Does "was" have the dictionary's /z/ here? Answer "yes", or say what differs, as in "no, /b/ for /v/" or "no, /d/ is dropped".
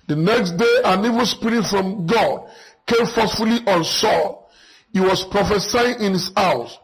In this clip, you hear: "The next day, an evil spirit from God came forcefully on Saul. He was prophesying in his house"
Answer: no, /s/ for /z/